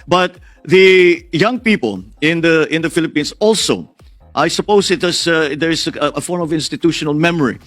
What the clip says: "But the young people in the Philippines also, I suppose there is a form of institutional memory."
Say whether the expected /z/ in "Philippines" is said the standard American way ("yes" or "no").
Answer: no